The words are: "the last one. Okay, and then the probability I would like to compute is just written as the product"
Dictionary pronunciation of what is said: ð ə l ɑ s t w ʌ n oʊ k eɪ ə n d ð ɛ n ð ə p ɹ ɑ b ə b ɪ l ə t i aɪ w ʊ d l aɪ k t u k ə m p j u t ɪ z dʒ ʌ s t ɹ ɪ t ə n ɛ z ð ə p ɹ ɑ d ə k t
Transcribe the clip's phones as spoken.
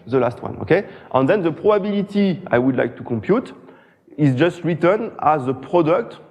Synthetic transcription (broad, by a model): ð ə l ɑ s t w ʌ n oʊ k eɪ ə n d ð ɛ n ð ə p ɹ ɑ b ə b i l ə t i aɪ w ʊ d l aɪ k t u k ə m p j u t ɪ z dʒ ʌ s t ɹ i t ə n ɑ z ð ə p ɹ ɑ d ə k t